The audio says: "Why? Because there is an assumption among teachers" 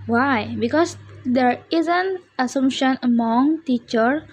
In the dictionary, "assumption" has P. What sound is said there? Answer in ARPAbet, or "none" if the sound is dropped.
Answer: none